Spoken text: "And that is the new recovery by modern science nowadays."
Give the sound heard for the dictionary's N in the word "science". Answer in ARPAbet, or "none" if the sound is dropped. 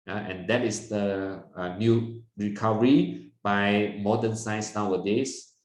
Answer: none